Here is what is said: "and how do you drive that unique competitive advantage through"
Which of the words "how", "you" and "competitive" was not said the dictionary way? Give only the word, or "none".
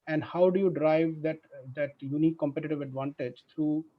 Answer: none